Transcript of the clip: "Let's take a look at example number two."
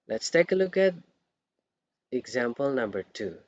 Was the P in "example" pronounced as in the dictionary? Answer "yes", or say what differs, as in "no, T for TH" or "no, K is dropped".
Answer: yes